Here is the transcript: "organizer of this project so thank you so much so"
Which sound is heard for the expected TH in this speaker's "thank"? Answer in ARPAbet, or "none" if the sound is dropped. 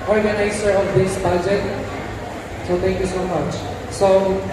T